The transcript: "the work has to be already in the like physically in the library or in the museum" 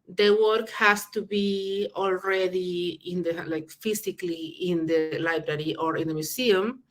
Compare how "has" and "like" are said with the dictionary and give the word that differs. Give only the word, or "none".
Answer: has